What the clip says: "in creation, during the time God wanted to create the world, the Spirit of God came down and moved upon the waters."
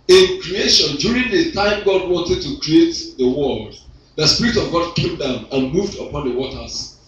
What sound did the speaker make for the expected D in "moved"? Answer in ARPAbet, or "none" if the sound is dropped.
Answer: D